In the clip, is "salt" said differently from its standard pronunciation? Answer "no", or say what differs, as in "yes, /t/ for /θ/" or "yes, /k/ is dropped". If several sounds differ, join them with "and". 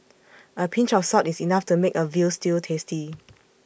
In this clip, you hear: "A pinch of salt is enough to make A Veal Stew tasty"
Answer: yes, /l/ is dropped